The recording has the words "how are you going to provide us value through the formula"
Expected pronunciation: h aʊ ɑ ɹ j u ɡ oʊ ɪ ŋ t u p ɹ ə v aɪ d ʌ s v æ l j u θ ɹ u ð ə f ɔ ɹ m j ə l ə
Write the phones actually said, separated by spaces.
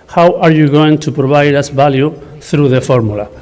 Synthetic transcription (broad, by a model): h aʊ ɑ ɹ j u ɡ oʊ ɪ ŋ t u p ɹ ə b aɪ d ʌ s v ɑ l j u θ ɹ u ð ə f ɔ ɹ m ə l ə